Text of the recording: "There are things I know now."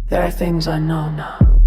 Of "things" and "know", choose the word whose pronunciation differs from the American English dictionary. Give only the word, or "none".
none